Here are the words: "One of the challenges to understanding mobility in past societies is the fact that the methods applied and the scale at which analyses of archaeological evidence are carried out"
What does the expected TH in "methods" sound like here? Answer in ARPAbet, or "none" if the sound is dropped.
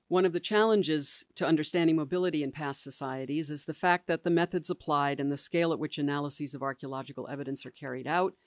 TH